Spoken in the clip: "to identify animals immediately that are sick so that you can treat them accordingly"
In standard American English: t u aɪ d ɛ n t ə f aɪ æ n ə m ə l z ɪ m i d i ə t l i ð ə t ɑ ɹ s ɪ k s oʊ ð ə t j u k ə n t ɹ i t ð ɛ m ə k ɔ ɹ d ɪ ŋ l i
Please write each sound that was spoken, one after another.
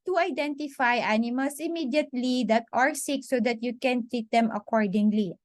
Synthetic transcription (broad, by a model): t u aɪ d ɛ n t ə f aɪ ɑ n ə m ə l s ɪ m i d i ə t l i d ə t ɑ ɹ s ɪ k s oʊ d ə t j u k ə n t ɹ i t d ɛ m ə k ɔ ɹ d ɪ ŋ l i